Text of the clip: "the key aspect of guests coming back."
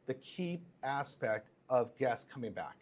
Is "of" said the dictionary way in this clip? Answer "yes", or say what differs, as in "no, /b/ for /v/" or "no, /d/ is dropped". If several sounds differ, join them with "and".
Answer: yes